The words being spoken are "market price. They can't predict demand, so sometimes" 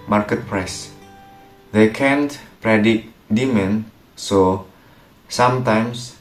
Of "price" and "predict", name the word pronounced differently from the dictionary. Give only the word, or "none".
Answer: predict